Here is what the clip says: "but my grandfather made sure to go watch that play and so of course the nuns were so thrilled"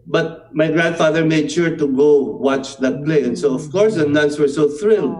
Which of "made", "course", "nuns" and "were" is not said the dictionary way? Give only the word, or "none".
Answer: nuns